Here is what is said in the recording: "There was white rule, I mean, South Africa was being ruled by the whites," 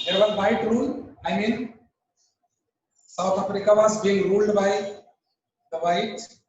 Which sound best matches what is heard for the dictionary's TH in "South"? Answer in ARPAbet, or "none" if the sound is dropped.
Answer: T